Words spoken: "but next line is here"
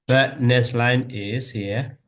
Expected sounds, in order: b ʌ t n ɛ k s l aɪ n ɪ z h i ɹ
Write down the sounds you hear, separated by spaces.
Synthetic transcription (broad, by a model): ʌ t n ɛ s l aɪ n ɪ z h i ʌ